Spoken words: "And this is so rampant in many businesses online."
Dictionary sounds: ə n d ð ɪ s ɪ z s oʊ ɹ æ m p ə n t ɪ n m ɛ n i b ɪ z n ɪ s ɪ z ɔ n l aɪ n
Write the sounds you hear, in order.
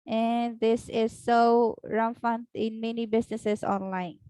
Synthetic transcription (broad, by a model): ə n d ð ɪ s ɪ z s oʊ ɹ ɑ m f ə n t ɪ n m ɛ n i b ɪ s n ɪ s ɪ s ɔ n l aɪ n